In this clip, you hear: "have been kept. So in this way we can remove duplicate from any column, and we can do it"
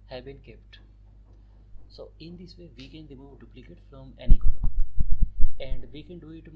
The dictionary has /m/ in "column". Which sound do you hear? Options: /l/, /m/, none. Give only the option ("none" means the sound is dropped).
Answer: none